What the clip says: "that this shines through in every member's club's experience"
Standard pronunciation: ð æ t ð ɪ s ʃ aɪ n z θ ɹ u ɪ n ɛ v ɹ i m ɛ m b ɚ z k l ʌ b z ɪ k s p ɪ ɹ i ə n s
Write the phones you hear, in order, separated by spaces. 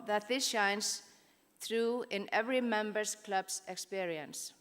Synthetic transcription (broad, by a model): ð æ t ð ɪ s ʃ aɪ n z θ ɹ u ɪ n ɛ v ɹ i m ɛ m b ɚ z k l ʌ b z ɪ k s p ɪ ɹ i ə n s